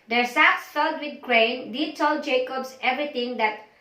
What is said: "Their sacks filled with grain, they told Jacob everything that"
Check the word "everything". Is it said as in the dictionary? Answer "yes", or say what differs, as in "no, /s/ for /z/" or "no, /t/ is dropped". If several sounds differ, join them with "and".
no, /t/ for /θ/